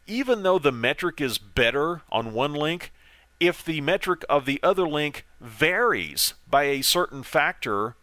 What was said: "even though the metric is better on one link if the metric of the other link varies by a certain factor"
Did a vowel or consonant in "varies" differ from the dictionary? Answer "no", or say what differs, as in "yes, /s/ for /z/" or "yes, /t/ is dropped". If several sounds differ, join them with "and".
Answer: no